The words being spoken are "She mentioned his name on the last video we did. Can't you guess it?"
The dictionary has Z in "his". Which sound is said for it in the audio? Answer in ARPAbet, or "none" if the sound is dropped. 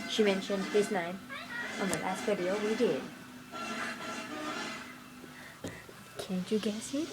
S